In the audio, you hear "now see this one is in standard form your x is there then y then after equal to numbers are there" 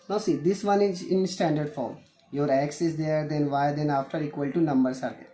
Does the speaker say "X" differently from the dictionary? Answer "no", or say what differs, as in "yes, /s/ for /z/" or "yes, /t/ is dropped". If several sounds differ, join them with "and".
no